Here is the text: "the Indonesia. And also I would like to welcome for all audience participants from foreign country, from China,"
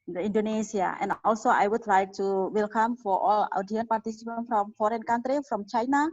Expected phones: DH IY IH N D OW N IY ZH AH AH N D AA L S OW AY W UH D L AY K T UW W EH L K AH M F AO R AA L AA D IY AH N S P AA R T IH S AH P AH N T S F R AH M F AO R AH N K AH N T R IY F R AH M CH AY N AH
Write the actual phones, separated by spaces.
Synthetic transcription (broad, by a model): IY N D OW N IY S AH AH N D AA L S OW AY W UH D L AY K T UW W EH L K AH M F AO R AA L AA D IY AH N P AA R T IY S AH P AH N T F R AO M F AO R AH N K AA N T R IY F R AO M CH AY N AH